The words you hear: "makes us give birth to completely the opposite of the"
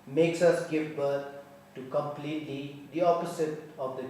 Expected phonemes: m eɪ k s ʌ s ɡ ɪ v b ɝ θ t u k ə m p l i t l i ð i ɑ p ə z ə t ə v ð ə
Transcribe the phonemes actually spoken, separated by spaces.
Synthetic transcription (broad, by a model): m eɪ k s ʌ s ɡ ɪ v b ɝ t t u k ə m p l i t l i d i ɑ p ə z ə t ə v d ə